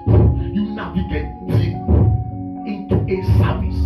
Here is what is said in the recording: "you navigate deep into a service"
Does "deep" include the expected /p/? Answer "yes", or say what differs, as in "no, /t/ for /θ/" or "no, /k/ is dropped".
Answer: no, /p/ is dropped